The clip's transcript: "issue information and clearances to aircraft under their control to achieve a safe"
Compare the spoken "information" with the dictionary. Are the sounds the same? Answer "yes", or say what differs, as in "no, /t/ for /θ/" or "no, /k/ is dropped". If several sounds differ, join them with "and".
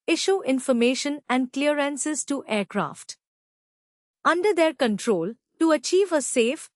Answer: yes